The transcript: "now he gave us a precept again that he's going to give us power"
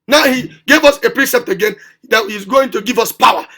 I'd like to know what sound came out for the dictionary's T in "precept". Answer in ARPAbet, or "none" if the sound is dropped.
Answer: T